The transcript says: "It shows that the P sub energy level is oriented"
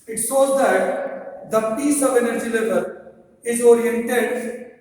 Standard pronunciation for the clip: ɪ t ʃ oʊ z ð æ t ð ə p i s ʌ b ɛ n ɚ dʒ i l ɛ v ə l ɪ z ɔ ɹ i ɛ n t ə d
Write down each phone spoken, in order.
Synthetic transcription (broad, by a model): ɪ t s oʊ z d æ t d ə p i s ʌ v ɛ n ɚ dʒ i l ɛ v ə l ɪ z ɔ ɹ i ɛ n t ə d